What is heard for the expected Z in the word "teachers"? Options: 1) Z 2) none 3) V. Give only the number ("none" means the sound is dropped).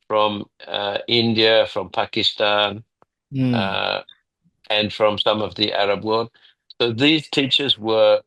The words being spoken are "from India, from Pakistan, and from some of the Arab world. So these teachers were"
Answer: 1